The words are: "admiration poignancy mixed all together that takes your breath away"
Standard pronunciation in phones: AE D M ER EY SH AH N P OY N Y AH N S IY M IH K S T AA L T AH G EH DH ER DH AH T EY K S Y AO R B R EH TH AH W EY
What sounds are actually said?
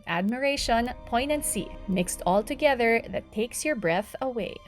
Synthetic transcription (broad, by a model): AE D M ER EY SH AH N P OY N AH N S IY M IH K S T AA L T AH G EH DH ER DH AH T EY K S Y AO R B R EH TH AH W EY